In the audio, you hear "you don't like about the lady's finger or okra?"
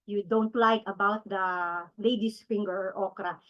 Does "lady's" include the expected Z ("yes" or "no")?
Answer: no